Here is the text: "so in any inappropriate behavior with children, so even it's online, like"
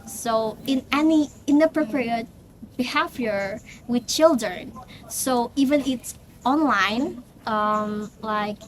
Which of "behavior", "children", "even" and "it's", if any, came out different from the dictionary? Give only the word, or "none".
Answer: behavior